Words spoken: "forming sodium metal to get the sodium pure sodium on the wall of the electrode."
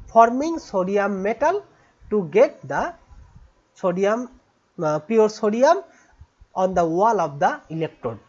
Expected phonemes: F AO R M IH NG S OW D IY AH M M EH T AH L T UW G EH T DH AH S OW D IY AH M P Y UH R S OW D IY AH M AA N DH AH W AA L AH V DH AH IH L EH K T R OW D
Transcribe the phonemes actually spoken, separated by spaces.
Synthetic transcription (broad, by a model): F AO R M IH NG S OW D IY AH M M EH T AH L T UW G EH T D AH S OW D IY AH M P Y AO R S OW D IY AH M AA N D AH W AA L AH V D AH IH L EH K T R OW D